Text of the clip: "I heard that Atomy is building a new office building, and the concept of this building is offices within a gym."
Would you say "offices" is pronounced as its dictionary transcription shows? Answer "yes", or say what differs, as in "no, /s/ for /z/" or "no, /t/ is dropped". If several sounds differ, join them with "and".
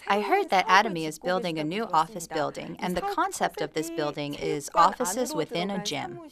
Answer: yes